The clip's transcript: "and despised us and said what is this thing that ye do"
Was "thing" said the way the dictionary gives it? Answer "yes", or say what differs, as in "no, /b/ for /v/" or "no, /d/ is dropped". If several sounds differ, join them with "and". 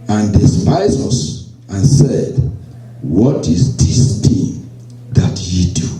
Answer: no, /t/ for /θ/